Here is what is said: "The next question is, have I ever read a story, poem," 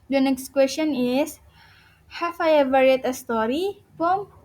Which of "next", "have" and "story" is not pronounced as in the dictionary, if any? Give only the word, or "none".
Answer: have